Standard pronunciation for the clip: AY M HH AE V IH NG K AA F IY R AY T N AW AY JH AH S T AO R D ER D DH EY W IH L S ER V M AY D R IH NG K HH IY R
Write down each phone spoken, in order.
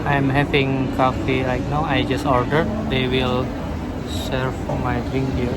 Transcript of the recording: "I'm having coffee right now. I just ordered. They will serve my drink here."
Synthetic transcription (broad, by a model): AY M HH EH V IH NG K AA F IY L AY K N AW AY JH AH S T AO R D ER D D EY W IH L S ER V M AY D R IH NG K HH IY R